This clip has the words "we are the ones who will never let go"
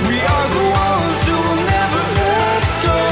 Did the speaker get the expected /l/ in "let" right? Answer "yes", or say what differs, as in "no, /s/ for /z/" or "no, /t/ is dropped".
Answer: no, /w/ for /l/